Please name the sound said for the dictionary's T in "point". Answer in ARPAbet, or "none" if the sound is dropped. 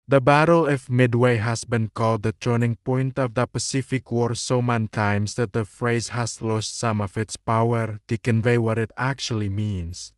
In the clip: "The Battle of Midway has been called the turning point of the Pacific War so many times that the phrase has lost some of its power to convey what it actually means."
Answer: T